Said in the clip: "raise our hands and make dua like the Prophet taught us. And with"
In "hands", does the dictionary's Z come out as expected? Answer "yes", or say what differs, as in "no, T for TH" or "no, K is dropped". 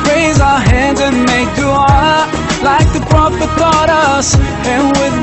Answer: yes